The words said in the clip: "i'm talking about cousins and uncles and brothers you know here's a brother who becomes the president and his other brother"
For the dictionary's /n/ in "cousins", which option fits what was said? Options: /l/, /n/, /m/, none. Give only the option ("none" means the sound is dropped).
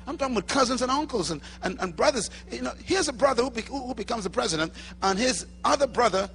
/n/